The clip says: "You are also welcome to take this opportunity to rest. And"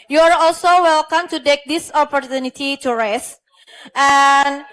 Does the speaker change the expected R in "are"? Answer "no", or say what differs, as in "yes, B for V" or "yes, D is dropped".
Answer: no